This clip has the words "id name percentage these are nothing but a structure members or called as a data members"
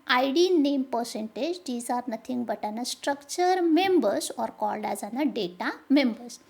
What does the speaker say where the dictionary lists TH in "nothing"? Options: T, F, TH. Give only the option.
T